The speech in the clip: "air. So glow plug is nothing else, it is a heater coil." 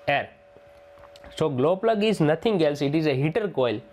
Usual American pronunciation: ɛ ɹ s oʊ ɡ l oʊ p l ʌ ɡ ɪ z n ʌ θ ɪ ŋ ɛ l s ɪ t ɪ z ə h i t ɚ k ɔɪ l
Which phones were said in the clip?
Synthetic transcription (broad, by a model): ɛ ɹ s oʊ ɡ l oʊ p l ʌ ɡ ɪ z n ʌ t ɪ ŋ ɛ l s ɪ t ɪ z ə h i t ɚ k ɔɪ l